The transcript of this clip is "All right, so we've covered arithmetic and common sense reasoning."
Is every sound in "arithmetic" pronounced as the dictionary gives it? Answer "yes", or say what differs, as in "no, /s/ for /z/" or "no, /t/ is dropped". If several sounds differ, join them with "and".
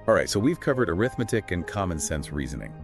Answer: yes